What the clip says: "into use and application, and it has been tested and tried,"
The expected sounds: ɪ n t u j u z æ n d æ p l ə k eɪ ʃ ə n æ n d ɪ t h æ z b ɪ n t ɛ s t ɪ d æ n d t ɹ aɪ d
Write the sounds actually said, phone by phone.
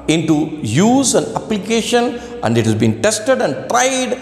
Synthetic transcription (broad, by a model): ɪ n t u j u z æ n d æ p l ə k eɪ ʃ ə n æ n d ɪ t h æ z b ɪ n t ɛ s t ɪ d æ n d t ɹ aɪ d